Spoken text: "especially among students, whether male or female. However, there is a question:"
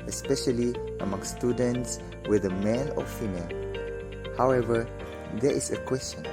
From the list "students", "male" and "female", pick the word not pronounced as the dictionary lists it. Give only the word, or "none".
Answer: none